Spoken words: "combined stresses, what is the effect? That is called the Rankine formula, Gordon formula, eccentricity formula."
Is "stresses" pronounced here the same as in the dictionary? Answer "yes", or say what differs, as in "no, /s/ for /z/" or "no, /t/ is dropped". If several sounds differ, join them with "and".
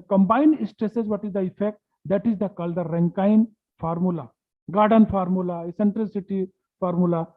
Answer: yes